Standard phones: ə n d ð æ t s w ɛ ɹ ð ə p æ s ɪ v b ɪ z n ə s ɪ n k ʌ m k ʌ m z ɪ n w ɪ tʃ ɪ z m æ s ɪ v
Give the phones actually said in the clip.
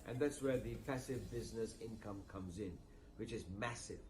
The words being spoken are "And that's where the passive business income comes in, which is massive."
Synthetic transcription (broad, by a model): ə n ð æ t s w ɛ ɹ ð ə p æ s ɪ v b ɪ z n ə s ɪ n k ʌ m k ʌ m z ɪ n w ɪ tʃ ɪ z m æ s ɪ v